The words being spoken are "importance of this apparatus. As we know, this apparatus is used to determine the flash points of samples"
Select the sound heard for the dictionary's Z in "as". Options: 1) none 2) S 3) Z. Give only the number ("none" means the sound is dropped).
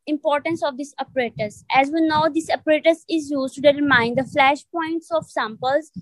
3